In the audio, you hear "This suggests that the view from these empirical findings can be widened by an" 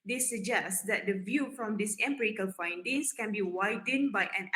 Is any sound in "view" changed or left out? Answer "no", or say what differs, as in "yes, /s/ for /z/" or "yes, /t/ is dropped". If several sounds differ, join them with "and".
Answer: no